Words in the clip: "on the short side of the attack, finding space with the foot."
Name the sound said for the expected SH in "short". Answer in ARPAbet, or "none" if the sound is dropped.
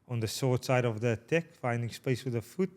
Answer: S